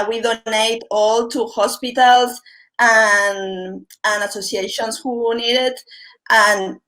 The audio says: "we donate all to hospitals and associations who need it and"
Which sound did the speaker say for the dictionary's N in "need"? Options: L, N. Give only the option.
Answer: N